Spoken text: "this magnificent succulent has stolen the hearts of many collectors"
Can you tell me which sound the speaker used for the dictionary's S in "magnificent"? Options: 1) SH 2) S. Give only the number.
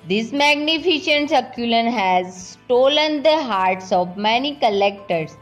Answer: 1